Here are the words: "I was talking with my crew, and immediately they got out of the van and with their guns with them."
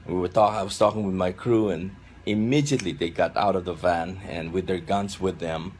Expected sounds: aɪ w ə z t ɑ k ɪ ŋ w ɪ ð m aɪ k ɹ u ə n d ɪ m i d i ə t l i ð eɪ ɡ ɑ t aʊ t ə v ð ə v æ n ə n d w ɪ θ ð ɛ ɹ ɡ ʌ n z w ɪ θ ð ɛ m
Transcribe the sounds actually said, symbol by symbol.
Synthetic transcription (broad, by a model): aɪ w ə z t ɑ k ɪ ŋ w ɪ ð m aɪ k ɹ u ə n ɪ m i d i ə t l i ð eɪ ɡ ɑ t aʊ t ə v ð ə v æ n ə n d w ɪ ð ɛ ɹ ɡ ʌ n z w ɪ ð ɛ m